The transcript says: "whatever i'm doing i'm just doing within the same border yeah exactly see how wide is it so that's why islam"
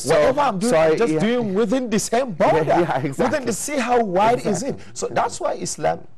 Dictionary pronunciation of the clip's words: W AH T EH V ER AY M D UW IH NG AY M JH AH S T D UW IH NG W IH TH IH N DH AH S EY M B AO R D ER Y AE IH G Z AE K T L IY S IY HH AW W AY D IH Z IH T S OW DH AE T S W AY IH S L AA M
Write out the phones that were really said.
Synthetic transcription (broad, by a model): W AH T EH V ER AY M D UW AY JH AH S D UW IH NG W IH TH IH N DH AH S EY M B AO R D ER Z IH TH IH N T IY S IY HH AW W AY D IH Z IH T S OW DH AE T S W AY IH S L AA M